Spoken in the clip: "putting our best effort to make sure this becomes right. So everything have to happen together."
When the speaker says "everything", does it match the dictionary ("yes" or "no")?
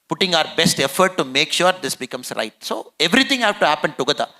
no